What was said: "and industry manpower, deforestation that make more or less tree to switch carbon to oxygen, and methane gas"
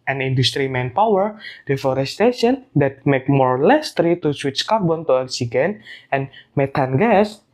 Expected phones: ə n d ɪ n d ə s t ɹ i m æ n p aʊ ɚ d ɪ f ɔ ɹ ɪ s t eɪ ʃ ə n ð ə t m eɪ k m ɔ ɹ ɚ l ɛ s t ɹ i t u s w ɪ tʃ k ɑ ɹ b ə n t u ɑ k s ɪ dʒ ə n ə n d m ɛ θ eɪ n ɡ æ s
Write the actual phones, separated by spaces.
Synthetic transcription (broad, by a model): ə n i n d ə s t ɹ i m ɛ n p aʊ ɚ d ɪ f ɔ ɹ ɪ s t eɪ ʃ ə n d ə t m eɪ k m ɔ ɹ l ɛ s t ɹ i t u s w ɪ tʃ k ɑ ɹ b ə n t u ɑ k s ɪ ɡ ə n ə n m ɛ t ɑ n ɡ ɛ s